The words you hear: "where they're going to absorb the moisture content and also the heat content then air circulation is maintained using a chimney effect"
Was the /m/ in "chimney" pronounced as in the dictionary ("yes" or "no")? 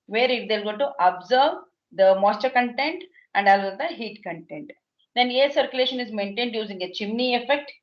yes